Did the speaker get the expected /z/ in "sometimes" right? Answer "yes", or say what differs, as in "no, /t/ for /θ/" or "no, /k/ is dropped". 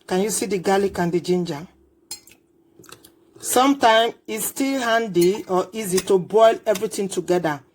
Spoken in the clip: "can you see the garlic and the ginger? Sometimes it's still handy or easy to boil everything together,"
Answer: no, /z/ is dropped